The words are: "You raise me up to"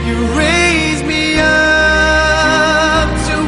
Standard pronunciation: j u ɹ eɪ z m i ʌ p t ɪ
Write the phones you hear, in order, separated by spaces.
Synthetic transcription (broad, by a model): j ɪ ɹ eɪ z m i ʌ p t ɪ